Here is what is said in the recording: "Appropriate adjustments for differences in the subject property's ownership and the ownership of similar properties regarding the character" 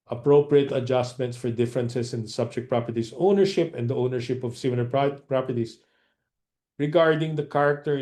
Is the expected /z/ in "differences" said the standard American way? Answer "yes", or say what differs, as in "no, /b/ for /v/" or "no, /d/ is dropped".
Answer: no, /s/ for /z/